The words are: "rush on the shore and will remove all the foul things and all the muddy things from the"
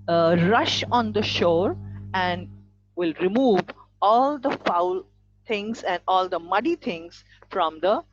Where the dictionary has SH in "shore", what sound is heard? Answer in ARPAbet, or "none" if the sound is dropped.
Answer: SH